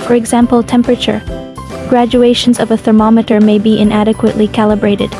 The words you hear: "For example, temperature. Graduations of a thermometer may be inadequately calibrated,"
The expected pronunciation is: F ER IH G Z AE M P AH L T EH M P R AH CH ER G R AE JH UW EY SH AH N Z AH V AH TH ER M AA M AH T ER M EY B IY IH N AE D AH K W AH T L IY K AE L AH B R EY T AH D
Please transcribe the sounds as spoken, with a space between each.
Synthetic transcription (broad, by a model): F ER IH G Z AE M P L T EH M P R AH CH ER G R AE JH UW EY SH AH N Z AH V AH TH ER M AA M AH T ER M EY B IY IH N AE D AH K W AH T L IY K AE L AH B R EY T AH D